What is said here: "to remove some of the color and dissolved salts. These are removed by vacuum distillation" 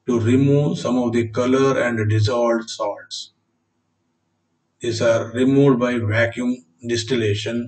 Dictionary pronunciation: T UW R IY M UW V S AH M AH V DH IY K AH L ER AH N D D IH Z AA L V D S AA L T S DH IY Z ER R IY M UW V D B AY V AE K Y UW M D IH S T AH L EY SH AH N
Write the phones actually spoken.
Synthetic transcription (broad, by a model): T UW R IY M UW V S AH M AH V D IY K AH L ER AH N D D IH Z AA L D S AA L T S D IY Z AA R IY M UW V D B AY V AE K Y UW M D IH S T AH L EY SH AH N